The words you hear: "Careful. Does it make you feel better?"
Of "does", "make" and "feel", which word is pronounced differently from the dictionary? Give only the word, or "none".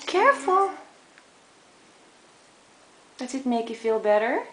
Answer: does